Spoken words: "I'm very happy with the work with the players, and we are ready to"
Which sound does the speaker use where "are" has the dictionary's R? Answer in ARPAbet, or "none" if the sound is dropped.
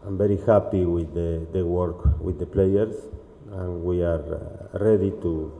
R